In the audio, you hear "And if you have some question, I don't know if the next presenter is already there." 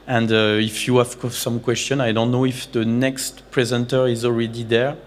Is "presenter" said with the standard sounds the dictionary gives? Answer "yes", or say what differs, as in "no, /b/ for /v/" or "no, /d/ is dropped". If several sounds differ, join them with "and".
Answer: yes